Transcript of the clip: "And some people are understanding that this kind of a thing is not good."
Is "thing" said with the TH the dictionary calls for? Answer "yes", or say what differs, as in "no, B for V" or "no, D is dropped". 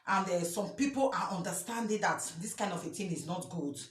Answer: no, T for TH